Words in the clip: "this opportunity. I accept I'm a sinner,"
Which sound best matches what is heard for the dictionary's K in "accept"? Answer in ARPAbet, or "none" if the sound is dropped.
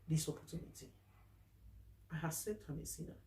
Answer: none